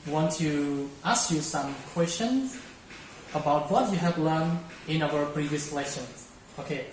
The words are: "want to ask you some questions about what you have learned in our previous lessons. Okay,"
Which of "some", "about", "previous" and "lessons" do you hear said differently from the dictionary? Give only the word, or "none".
lessons